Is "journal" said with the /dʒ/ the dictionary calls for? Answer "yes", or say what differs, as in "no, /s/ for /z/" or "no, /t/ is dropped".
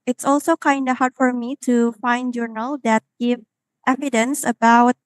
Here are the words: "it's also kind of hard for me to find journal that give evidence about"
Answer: yes